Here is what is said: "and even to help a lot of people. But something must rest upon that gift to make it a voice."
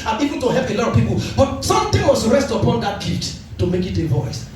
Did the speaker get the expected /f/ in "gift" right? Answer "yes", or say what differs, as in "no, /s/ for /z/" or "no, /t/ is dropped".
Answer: no, /f/ is dropped